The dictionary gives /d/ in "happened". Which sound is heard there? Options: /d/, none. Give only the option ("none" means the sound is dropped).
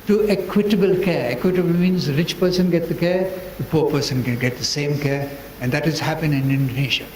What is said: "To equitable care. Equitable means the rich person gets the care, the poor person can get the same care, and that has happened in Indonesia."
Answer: none